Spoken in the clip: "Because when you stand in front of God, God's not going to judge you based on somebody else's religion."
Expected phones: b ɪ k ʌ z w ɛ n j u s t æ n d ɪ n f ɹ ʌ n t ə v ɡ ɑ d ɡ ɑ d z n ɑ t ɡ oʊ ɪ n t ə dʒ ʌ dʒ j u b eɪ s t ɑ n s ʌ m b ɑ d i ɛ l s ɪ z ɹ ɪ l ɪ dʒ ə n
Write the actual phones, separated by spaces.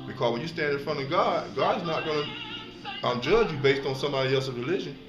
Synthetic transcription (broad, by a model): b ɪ k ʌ z w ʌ n j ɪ s t æ n d ɪ n f ɹ ʌ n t ə v ɡ ɑ d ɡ ɑ d z n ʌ t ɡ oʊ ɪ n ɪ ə dʒ ʌ dʒ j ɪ b eɪ s t n s ʌ m b ɑ d i ɛ l s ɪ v ɹ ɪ l ɪ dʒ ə n